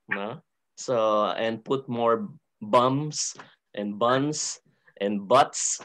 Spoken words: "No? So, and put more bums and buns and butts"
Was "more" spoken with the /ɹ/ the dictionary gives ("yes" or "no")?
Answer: yes